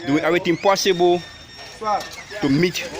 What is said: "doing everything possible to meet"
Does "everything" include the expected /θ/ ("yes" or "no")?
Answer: no